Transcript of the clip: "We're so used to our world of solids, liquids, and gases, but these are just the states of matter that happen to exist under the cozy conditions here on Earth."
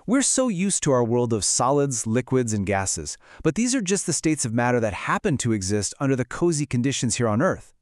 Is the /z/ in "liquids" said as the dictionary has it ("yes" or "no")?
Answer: yes